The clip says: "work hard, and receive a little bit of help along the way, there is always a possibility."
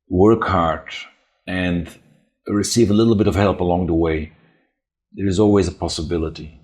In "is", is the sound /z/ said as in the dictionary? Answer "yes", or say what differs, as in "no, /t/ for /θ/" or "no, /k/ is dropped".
yes